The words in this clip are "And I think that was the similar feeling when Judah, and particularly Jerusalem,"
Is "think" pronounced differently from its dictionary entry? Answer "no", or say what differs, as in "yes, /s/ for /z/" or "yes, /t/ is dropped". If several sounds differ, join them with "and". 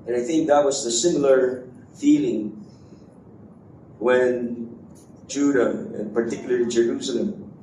no